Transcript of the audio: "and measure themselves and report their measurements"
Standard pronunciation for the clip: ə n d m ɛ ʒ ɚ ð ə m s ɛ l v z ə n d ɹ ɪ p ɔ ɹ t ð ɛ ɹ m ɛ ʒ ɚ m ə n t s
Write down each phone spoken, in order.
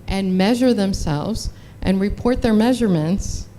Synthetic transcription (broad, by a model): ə n m ɛ ʒ ɚ ð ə m s ɛ l v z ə n ɹ ɪ p ɔ ɹ t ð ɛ ɹ m ɛ ʒ ɚ m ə n t s